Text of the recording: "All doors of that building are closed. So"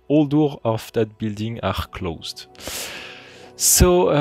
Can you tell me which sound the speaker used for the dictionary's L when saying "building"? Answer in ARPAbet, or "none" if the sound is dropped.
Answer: L